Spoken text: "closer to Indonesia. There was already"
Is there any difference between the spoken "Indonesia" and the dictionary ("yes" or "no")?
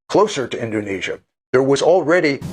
no